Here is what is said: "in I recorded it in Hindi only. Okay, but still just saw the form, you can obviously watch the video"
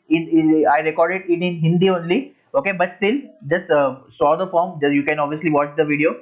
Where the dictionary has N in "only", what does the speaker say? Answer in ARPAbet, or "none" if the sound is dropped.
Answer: N